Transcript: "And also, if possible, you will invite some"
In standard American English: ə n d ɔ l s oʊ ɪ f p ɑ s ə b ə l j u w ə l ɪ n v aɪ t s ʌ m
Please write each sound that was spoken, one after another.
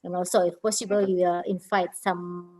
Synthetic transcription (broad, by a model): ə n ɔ s oʊ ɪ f p ɑ s ə b ə l j u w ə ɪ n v aɪ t s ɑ m